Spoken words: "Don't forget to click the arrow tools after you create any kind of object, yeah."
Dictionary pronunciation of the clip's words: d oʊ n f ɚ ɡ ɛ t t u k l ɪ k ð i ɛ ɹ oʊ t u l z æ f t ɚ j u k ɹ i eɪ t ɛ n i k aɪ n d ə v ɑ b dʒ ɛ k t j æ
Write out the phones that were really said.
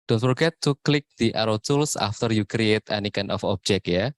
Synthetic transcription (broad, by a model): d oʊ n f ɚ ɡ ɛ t t u k l ɪ k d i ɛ ɹ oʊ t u l s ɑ f t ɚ j u k ɹ i eɪ t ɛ n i k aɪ n ə f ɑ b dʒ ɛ k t j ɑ